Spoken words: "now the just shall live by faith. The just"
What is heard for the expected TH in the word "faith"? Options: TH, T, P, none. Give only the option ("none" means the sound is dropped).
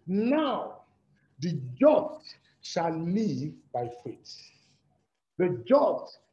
T